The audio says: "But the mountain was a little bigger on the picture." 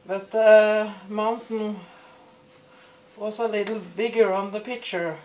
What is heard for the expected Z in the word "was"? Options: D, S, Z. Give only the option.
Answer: S